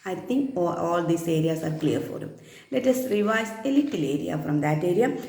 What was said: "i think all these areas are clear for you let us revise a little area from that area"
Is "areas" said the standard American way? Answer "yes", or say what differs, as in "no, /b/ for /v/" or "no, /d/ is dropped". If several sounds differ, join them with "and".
no, /s/ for /z/